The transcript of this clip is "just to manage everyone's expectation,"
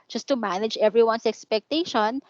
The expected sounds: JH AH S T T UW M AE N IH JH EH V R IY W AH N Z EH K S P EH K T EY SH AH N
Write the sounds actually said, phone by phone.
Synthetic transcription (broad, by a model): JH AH S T T UW M AE N IH JH EH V R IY W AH N S EH K S P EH K T EY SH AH N